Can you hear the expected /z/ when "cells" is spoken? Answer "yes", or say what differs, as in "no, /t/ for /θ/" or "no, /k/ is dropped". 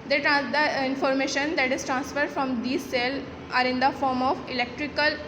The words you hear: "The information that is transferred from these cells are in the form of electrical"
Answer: no, /z/ is dropped